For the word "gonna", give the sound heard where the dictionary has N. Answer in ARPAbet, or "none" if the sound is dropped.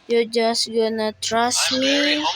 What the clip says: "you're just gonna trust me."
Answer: N